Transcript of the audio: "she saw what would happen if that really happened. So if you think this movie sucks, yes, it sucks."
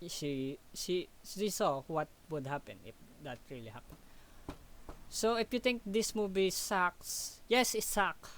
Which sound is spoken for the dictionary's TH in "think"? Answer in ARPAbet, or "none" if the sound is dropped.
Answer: T